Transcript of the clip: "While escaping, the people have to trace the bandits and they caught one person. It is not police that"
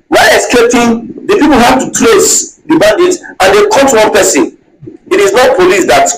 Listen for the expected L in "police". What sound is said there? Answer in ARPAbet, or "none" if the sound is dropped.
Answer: L